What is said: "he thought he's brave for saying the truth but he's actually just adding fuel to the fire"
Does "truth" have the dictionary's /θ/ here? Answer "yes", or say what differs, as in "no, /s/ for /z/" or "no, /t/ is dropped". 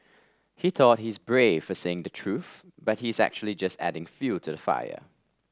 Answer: yes